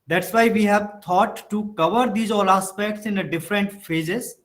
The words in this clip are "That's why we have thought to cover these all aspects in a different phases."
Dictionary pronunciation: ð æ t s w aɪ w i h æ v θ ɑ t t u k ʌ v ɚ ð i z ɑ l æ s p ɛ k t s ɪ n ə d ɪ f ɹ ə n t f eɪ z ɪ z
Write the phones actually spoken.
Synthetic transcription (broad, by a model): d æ t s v aɪ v i h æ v t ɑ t t u k ʌ v ɚ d i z ɑ l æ s p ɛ k t s ɪ n ə d ɪ f ɹ ə n t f eɪ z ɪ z